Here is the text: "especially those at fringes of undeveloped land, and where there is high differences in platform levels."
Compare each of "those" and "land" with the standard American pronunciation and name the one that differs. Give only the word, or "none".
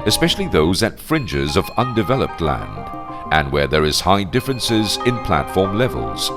none